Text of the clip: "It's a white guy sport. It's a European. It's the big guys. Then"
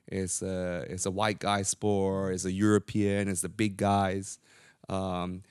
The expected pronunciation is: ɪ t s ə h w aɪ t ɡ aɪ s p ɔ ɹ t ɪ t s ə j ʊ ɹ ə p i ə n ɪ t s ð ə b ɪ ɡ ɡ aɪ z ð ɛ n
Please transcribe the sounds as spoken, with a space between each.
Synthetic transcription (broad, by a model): ɪ t s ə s w aɪ t ɡ aɪ s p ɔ ɹ ɪ t s ə j ʊ ɹ ə p i ə n ɪ t s ð ə b ɪ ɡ ɡ aɪ z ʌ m